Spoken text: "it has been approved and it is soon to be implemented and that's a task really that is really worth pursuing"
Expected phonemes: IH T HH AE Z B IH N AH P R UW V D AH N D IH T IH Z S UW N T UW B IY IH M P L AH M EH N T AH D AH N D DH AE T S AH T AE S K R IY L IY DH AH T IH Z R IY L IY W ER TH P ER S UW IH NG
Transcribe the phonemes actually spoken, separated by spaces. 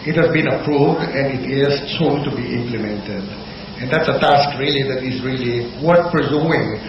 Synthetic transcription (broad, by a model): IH T HH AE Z B IH N AH P R UW V D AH N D IH T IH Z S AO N T UW B IY IH M P L AH M EH N T AH D AH N D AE T S AH T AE S K R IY L IY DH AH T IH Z R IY L IY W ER T P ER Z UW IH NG